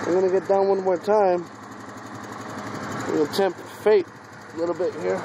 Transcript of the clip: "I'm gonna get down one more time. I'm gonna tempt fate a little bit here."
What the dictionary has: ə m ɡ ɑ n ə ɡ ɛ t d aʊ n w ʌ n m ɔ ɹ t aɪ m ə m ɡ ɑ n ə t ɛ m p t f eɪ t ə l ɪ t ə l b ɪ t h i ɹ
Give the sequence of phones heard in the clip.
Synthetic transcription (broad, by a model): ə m ɡ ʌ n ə ɡ ɛ t d aʊ n w ʌ n m ɔ ɹ t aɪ ə m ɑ ə t ɛ m p t f eɪ t ə l ɪ t l b ɪ t h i ɹ